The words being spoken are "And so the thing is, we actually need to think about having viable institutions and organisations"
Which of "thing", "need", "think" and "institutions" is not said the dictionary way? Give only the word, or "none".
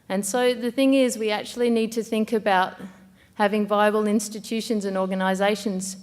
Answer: none